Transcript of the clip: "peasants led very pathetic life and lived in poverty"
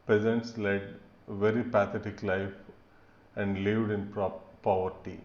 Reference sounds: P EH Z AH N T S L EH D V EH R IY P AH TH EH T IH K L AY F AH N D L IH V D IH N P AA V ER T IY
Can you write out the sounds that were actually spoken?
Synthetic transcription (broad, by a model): P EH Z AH N T S L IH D V EH R IY P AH T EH T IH K L AY F AH N D L IH V D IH N P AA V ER T IY